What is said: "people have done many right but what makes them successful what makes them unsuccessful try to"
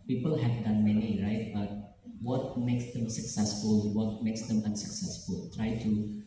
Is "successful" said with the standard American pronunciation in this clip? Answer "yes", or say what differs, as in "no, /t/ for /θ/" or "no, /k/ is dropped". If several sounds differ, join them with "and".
yes